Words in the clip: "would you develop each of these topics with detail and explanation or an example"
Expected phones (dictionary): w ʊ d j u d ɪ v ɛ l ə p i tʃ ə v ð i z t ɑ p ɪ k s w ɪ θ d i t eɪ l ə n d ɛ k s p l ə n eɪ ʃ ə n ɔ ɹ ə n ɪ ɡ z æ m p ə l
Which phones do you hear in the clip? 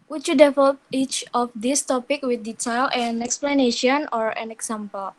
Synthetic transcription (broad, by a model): w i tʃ j u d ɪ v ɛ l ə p i tʃ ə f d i s t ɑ p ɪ k w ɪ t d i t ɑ l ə n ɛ k s p l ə n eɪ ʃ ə n ɔ ɹ ə n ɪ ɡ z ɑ m p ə l